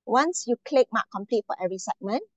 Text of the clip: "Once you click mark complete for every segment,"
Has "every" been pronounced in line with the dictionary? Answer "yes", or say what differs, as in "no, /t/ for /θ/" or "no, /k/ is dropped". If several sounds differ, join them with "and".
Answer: no, /v/ is dropped